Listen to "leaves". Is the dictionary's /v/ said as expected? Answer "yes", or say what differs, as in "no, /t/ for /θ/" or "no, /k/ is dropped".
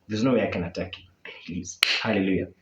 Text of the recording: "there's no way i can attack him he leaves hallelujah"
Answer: no, /v/ is dropped